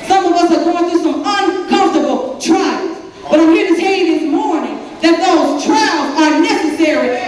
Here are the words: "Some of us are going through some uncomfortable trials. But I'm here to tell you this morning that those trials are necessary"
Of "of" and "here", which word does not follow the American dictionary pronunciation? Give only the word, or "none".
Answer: none